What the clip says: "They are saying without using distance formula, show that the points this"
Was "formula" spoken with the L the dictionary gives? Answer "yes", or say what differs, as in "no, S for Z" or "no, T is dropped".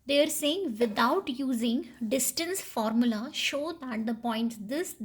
yes